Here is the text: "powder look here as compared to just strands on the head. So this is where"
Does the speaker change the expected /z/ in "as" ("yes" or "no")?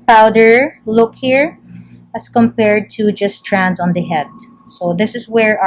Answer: yes